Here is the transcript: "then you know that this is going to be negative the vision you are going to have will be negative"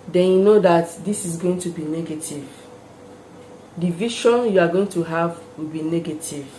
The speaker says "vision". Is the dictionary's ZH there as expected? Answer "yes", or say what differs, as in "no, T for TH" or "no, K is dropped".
no, SH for ZH